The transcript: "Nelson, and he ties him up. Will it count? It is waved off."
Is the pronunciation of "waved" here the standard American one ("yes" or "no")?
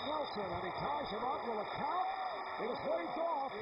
no